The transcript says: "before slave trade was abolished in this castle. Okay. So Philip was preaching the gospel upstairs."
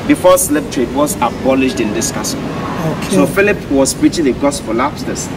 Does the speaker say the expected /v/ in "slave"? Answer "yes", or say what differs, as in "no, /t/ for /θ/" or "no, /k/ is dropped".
no, /p/ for /v/